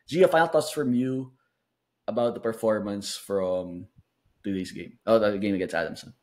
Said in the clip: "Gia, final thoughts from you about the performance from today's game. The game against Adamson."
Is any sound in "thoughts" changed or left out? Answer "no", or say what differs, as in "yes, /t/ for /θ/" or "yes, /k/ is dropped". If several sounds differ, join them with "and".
yes, /t/ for /θ/